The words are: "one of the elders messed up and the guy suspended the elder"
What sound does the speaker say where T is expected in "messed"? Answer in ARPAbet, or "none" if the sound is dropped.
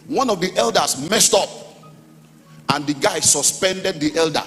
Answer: T